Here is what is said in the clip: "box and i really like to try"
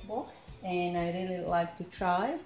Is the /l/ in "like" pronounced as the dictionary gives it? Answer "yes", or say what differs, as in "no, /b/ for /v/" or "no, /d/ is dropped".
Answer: yes